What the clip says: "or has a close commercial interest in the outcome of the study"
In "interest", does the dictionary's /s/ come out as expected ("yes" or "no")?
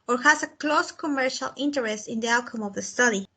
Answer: yes